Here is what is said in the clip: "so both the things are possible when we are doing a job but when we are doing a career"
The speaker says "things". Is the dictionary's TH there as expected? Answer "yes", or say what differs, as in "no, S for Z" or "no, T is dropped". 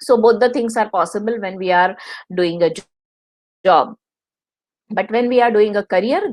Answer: no, T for TH